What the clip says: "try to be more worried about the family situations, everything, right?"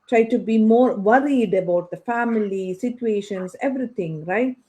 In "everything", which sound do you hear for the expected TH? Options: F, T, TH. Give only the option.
T